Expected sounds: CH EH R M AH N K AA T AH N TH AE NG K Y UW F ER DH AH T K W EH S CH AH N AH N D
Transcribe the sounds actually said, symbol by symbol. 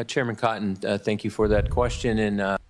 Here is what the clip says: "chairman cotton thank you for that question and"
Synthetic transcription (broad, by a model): CH EH R M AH N K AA T N TH AE NG K Y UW F ER DH AH T K W EH S CH AH N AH N